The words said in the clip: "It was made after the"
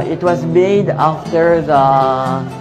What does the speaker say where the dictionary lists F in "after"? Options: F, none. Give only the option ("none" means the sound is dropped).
F